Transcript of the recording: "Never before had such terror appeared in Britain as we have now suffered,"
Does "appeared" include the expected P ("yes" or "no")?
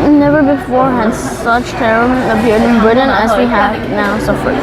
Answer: no